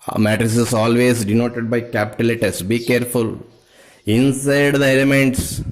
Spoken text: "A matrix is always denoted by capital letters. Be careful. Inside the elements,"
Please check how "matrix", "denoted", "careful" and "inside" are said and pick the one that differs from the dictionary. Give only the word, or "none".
matrix